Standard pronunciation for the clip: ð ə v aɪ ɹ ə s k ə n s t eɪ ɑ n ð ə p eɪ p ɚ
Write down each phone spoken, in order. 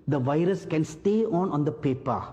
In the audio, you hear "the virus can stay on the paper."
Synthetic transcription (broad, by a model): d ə v aɪ ɹ ə s k ə n s t eɪ ɑ n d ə p eɪ p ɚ